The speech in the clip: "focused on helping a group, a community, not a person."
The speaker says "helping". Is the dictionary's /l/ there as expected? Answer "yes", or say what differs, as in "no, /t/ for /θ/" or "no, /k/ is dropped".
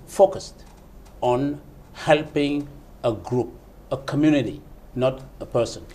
yes